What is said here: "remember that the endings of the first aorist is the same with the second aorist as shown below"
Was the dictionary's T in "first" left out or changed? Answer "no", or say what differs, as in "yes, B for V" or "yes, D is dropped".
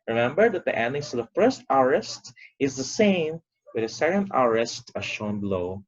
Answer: no